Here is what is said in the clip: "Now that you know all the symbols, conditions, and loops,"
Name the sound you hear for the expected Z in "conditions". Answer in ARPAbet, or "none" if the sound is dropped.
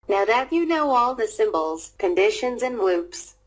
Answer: Z